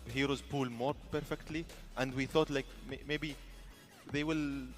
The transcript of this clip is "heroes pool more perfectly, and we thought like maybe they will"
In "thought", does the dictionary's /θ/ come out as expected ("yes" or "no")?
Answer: yes